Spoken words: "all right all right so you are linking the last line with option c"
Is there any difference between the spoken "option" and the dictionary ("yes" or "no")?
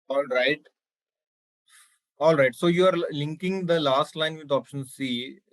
no